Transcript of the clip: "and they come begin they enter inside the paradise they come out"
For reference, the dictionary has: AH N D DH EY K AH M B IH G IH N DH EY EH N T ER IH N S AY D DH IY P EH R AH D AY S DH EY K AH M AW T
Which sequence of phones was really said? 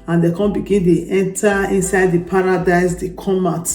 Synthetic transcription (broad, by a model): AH N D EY K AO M B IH G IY N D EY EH N T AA IH N S AY D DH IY P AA R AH D AY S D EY K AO M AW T